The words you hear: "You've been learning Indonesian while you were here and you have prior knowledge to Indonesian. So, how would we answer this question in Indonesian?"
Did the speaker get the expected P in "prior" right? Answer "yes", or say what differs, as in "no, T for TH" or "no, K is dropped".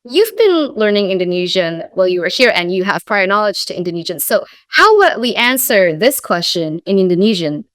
yes